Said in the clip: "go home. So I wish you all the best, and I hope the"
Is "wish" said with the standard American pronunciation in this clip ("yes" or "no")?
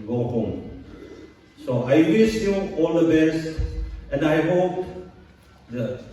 no